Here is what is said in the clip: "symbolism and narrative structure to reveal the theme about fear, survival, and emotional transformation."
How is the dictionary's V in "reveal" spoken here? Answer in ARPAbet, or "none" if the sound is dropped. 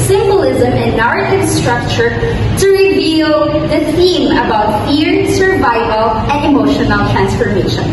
V